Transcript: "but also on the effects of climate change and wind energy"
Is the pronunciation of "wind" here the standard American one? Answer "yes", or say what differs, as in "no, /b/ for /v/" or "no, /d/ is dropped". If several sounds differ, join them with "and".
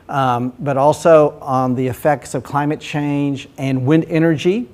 yes